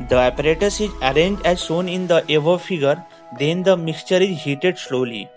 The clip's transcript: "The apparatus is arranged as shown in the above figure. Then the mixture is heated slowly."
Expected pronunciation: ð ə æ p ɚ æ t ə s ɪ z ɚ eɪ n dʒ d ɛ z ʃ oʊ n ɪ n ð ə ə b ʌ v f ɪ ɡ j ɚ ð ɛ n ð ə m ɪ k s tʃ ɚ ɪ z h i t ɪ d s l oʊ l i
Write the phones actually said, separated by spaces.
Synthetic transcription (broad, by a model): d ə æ p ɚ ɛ t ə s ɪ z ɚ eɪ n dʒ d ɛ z s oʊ n ɪ n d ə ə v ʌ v f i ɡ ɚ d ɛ n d ə m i k s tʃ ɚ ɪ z h i t ɪ d s l oʊ l i